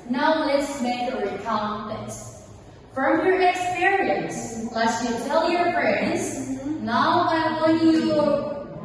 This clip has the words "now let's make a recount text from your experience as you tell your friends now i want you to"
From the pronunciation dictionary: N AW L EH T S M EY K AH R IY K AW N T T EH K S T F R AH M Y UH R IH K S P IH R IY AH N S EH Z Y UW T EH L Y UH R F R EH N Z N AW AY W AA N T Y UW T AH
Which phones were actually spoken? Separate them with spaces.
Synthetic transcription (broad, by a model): N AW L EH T S M EY K AH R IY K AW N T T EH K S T F R AH M Y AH R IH K S P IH R IY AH N S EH S Y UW T EH L Y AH R F R EH N Z N AW AY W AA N Y UW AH